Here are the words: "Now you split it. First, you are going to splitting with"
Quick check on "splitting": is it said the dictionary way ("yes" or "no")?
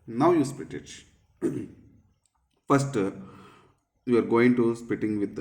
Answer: no